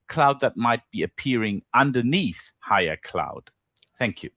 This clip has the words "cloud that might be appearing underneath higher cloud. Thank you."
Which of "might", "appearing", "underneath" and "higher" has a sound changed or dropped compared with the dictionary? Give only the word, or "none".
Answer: none